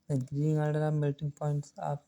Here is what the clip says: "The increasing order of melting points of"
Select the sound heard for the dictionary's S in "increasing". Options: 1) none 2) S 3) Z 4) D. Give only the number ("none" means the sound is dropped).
1